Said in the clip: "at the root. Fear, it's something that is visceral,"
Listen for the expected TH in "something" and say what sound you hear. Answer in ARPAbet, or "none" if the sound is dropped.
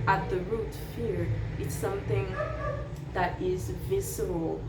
TH